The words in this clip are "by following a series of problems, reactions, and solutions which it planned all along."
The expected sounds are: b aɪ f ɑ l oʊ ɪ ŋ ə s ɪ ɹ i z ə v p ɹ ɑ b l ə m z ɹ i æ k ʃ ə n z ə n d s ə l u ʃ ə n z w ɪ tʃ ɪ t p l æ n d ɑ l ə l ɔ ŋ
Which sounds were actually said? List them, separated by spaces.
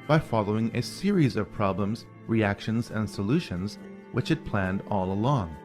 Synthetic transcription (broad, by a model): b aɪ f ɑ l oʊ ɪ ŋ ə s ɪ ɹ i z ə v p ɹ ɑ b l ə m z ɹ i æ k ʃ ə n z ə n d s ə l u ʃ ə n z w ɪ tʃ ɪ t p l æ n d ɑ l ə l ɔ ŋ